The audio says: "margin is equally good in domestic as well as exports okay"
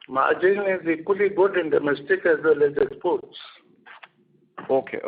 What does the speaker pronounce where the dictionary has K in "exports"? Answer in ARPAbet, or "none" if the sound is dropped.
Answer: none